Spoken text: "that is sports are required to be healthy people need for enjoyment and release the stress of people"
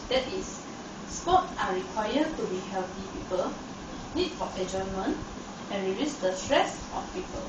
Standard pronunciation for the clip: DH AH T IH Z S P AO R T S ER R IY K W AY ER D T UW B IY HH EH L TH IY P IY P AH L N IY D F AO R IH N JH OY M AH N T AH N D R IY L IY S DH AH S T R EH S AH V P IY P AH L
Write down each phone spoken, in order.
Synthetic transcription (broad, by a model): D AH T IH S S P AO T AA R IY K W AY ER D T UW B IY HH EH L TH IY P IY P AH L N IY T F AO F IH JH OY M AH N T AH N R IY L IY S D AH S T R EH S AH F P IY P AH L